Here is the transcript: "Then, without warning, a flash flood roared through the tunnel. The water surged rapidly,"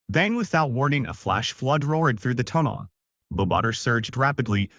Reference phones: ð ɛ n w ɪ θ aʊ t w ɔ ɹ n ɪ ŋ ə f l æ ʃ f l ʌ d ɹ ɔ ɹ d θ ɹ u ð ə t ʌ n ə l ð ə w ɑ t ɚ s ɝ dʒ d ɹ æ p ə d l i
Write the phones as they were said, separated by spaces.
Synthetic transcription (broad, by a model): ð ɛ n w ɪ θ aʊ t w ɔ ɹ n ɪ ŋ ə f l æ ʃ f l ʌ d ɹ ɔ ɹ d θ ɹ u ð ə t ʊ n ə l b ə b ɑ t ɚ s ɝ dʒ d ɹ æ p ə d l i